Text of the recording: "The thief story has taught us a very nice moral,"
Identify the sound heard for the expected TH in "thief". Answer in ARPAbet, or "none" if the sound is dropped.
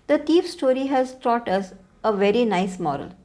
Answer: T